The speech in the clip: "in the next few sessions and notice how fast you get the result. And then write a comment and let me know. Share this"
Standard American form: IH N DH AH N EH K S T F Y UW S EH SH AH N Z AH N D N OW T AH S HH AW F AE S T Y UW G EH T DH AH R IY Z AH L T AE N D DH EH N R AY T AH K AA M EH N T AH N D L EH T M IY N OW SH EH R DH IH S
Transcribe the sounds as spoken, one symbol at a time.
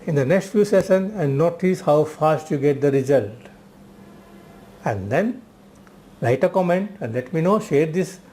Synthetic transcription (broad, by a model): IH N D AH N EH K S T F Y UW S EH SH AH N AH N N OW T AH S HH AW F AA S T Y UW G EH T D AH R IY Z AH L T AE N D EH N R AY T AH K AA M EH N T AH N D L EH T M IY N OW SH EH R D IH S